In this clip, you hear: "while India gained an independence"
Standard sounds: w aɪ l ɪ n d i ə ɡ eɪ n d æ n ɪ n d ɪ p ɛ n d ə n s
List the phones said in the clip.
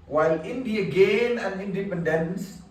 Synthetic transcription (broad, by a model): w aɪ l ɪ n d i ə ɡ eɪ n æ n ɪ n d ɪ p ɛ n d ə n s